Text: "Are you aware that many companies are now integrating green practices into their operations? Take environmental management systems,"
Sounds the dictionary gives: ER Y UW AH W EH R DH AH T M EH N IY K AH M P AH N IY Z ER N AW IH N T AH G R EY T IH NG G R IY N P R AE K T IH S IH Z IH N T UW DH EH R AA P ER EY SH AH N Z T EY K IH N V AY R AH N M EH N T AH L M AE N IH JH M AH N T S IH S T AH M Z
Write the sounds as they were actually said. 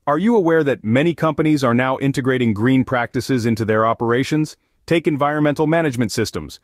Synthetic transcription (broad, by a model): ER Y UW AH W EH R DH AH T M EH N IY K AH M P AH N IY Z ER N AW IH N T AH G R EY T IH NG G R IY N P R AE K T IH S IH Z IH N T UW DH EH R AA P ER EY SH AH N Z T EY K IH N V AY R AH N M EH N T L M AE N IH JH M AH N T S IH S T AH M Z